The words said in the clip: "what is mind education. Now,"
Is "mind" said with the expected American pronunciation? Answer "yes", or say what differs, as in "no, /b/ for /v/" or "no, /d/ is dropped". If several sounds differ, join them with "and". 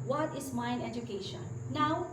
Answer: no, /d/ is dropped